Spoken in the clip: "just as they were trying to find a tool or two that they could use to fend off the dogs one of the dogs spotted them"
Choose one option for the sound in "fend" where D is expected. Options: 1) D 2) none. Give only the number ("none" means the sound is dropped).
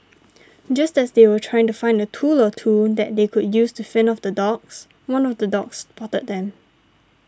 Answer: 2